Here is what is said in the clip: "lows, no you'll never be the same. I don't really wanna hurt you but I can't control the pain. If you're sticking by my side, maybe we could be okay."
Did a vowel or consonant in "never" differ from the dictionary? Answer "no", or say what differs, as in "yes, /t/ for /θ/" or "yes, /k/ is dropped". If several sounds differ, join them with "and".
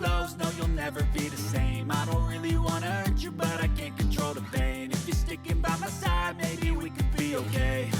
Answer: no